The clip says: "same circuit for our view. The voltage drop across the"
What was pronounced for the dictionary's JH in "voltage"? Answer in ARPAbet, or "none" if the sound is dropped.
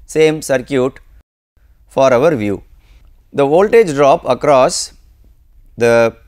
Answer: JH